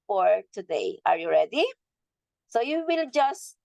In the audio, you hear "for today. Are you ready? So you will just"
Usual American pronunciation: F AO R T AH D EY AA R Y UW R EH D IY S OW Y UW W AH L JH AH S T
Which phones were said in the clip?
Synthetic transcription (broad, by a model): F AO R T AH D EY AA R Y UW R EH D IY S OW Y UW W AH L JH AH S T